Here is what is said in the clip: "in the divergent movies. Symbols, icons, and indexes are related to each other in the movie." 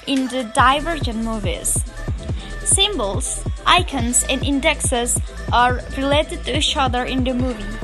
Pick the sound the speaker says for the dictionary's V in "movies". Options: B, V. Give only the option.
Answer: V